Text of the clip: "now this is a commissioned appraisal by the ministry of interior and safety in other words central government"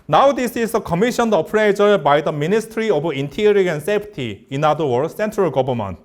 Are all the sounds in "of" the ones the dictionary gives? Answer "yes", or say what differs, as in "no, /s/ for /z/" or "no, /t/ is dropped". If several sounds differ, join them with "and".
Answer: no, /b/ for /v/